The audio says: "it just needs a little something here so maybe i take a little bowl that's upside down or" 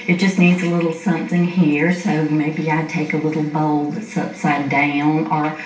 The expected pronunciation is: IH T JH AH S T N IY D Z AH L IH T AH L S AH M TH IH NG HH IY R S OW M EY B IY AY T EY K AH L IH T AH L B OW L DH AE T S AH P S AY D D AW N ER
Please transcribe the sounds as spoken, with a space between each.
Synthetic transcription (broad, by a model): IH T JH AH S T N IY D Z AH L IH T L S AH M TH IH NG HH IY R S OW M EY B IY AY T EY K AH L IH T L B OW L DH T S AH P S AY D D AW N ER